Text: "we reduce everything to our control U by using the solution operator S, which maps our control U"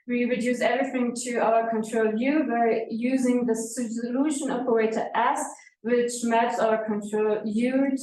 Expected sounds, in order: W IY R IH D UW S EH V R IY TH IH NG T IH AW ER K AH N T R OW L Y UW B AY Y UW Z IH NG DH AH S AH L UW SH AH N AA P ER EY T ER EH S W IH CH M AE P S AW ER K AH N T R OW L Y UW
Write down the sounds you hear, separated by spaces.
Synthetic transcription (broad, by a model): W IY R IH D UW S EH V R IY TH IH NG T IH AW ER K AH N T R OW L Y UW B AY Y UW Z IH NG DH AH S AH L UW SH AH N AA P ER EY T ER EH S W IH CH M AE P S AW ER K AH N T R OW L Y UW